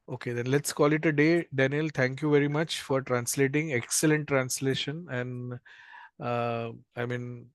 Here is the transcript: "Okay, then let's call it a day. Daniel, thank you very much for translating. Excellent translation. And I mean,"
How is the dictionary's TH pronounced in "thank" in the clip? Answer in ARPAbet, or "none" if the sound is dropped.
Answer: T